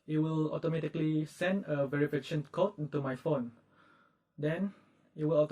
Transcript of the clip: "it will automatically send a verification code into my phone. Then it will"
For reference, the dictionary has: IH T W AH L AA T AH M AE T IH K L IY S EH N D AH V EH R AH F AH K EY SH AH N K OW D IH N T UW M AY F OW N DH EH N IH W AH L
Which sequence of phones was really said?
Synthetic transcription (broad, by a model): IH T W AH L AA T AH M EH T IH K L IY S EH N D AH V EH R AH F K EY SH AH N K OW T IH N T UW M AY F OW N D EH N IH W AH L